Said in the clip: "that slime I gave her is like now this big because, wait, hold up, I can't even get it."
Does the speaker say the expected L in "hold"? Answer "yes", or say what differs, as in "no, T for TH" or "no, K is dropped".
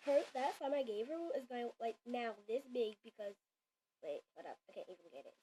no, L is dropped